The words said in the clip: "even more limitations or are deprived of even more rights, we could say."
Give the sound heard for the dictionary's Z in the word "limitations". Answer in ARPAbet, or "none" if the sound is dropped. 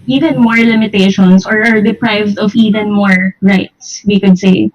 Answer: S